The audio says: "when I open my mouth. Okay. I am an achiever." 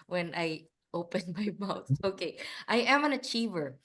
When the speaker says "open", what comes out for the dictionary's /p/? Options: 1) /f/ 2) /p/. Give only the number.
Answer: 2